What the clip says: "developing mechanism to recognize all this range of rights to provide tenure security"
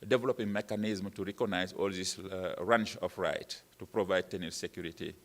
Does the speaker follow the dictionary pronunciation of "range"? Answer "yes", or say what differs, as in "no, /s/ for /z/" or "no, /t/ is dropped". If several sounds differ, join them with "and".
no, /tʃ/ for /dʒ/